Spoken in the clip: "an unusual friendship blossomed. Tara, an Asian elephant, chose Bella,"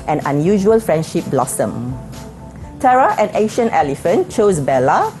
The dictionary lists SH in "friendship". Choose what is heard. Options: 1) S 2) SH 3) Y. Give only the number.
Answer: 2